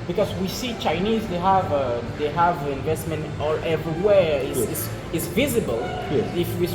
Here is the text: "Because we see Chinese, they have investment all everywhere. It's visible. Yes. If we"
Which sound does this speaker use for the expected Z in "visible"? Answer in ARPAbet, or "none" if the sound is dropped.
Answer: Z